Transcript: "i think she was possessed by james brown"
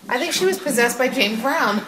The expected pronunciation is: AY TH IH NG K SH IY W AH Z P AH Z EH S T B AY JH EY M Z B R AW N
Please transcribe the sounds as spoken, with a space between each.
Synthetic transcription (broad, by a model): AY TH IH NG K SH IY W AH Z P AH Z EH S B AY JH EY M B R AW N